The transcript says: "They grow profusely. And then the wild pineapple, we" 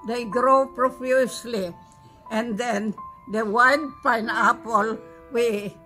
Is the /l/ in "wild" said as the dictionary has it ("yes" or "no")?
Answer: no